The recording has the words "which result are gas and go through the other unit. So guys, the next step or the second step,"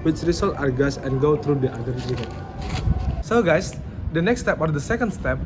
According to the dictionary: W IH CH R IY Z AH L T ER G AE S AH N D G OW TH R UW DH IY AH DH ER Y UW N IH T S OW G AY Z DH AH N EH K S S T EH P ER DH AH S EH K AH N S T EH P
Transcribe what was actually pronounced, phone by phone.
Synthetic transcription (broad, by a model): W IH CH R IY S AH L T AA G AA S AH N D G OW T R UW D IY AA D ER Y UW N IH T S OW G AY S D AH N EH K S S T EH P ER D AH S EH K AH N S T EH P